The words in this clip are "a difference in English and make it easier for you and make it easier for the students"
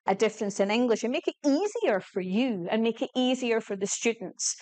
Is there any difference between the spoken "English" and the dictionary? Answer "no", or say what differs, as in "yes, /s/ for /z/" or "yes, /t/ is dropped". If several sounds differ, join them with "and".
no